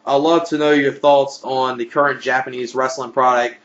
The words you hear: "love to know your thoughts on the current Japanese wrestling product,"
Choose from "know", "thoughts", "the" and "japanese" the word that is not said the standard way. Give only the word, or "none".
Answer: none